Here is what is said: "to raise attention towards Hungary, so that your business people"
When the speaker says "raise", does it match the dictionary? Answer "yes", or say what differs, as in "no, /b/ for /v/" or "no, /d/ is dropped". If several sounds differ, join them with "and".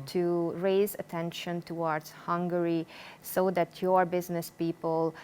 yes